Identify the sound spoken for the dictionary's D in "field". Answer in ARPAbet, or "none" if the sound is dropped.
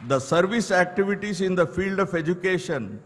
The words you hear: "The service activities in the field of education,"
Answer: D